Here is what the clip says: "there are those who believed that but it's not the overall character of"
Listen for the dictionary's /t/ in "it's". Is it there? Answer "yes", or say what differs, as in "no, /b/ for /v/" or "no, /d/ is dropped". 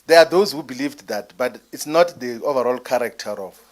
yes